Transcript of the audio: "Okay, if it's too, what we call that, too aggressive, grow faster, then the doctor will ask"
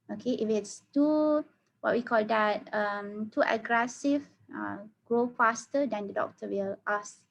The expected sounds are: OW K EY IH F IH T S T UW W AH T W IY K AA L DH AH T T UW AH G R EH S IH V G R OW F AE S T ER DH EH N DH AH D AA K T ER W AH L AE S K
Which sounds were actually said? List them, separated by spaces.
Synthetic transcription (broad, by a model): OW K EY IH F IH T S T UW W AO T W IY K AA L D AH T T UW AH G R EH S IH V G R OW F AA S T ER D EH N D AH D AA K T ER W AH L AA S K